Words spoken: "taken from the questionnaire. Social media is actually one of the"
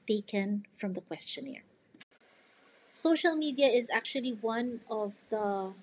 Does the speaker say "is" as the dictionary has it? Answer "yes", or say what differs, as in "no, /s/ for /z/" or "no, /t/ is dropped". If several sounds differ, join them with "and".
yes